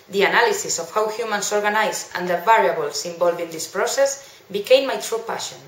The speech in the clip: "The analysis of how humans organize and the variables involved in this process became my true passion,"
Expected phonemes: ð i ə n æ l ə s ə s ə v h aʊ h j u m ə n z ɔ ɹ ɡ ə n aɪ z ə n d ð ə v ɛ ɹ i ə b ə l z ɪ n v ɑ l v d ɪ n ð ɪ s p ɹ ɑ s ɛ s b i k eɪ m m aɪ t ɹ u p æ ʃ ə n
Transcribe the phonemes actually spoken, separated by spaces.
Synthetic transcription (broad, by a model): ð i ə n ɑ l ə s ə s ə f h aʊ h j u m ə n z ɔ ɹ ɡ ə n aɪ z ə n d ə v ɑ ɹ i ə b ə l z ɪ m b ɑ l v ɪ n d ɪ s p ɹ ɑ s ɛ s b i k eɪ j m aɪ t ɹ u p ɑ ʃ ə n